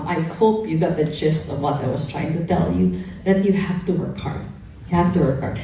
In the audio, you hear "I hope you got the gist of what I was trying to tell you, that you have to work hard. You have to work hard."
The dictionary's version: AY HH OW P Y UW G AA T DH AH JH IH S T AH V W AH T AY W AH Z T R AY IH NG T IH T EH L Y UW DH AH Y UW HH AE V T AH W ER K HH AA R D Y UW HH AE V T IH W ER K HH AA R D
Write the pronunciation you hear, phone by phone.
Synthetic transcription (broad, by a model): AY HH OW P Y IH G AA T DH AH CH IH S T AH V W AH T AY W AH Z T R AY IH NG T IH T EH L Y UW DH AH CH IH HH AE F T AH W ER K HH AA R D Y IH HH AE F T IH W ER K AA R